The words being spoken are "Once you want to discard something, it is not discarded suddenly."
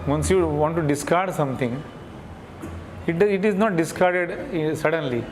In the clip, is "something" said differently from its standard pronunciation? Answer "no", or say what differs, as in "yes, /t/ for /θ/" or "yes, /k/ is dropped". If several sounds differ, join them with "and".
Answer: yes, /t/ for /θ/